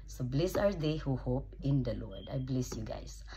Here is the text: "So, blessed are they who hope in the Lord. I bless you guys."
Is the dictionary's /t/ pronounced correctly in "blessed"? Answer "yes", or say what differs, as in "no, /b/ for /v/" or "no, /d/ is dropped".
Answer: no, /t/ is dropped